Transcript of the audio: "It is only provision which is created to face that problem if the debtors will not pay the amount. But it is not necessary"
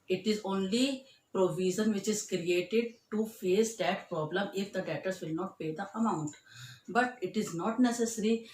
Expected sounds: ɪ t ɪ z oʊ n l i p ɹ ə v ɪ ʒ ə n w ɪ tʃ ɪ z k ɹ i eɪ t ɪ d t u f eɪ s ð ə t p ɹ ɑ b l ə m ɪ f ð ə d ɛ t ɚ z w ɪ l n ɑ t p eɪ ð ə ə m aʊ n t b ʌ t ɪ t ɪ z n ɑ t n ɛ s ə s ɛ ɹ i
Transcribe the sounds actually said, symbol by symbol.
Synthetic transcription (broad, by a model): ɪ t ɪ z oʊ n l i p ɹ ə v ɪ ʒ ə n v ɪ tʃ ɪ z k ɹ i eɪ t ɪ d t u f eɪ s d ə t p ɹ ɑ b l ə m ɪ f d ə d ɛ t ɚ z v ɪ l n ɑ t p eɪ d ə ə m aʊ n t b ʌ t ɪ t ɪ z n ɑ t n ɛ s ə s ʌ ɹ i